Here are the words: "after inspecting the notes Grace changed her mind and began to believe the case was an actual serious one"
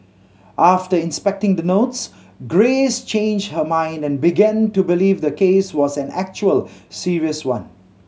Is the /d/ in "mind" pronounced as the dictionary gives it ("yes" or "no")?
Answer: yes